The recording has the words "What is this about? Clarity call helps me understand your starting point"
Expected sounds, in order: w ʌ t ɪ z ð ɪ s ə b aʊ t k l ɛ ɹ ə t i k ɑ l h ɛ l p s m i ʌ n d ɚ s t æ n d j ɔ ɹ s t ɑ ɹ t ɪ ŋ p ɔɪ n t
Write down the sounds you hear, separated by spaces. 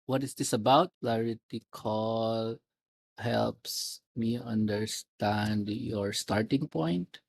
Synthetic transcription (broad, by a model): w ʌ t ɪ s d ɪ s ə b aʊ t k l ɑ ɹ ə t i k ɑ l h ɛ l p s m i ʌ n d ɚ s t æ n d j ɔ ɹ s t ɑ ɹ t ɪ ŋ p ɔɪ n t